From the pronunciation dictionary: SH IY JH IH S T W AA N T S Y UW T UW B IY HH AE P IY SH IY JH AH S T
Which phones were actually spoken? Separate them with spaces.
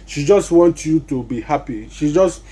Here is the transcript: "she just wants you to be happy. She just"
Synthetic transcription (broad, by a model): SH IY JH IH S T W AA N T Y UW T UW B IY HH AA P IY SH IY JH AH S T